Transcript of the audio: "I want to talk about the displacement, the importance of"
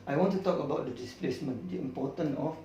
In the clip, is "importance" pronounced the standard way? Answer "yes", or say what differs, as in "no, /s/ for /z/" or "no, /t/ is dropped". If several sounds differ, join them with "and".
no, /s/ is dropped